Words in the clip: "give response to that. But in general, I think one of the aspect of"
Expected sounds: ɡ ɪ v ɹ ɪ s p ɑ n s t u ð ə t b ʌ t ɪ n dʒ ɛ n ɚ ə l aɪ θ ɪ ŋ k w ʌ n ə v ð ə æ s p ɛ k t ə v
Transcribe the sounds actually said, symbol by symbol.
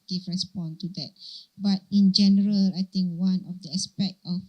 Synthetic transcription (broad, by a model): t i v ɹ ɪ s p ɑ n t u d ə t b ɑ t ɪ n dʒ ɛ n ɚ ə l aɪ t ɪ ŋ k w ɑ n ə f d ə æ s p ɛ k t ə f